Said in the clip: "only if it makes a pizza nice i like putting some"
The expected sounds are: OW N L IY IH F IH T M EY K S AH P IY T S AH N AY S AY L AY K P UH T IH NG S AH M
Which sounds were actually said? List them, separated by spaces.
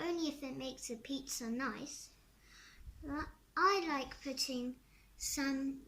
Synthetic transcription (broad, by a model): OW N L IY IH F IH T M EY K S AH P IY T S AH N AY S AY L AY K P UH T IH NG S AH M